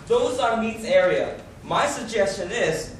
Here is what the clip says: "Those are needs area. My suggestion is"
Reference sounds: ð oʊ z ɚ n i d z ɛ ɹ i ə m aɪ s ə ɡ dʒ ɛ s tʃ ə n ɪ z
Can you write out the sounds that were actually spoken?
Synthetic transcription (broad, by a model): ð oʊ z ɚ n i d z ɛ ɹ i ə m aɪ s ə ɡ dʒ ɛ s tʃ ə n ɪ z